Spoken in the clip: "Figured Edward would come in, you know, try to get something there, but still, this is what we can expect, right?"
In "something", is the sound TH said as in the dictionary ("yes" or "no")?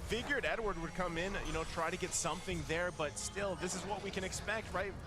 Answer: yes